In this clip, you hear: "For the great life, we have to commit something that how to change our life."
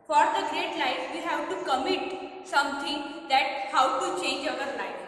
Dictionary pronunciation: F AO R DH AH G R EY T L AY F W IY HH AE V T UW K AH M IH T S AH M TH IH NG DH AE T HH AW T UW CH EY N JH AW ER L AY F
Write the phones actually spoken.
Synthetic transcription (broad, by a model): F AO R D AH G R EY T L AY F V IY HH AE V T UW K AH M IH T S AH M T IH NG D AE T HH AW T UW CH EY N JH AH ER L AY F